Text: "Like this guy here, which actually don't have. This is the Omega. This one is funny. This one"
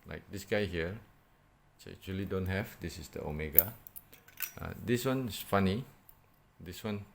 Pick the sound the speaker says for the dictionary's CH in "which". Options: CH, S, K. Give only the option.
S